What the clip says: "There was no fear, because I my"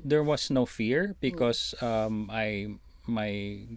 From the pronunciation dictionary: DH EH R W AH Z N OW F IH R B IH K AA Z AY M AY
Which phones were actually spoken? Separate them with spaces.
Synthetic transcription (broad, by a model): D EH R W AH S N OW F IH R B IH K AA S AY M AY